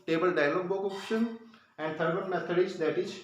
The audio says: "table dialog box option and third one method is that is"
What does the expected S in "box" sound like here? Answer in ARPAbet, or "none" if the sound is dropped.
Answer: none